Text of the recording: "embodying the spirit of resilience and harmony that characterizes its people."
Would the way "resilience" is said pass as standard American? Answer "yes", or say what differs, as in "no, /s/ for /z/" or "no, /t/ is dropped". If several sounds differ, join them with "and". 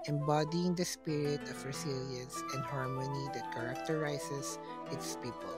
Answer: no, /s/ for /z/